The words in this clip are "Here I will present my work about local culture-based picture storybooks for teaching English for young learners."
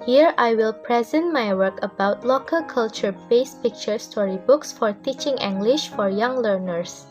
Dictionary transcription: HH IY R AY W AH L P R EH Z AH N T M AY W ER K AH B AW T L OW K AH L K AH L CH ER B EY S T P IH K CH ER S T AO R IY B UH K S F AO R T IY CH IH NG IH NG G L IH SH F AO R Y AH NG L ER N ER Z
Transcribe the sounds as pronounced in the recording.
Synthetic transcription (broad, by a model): HH IY R AY W AH L P R EH Z AH N T M AY W ER K AH B AW T L OW K AH L K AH L CH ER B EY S P IH K CH ER S T AO R IY B UH K S F AO R T IY CH IH NG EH NG G L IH SH F AO R Y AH NG L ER N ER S